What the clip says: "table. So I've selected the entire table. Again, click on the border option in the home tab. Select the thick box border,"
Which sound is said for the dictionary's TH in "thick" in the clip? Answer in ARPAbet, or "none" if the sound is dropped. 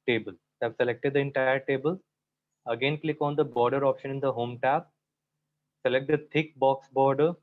T